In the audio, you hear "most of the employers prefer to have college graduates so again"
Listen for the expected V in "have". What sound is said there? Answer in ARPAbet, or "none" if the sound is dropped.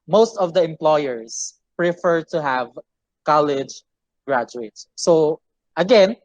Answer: V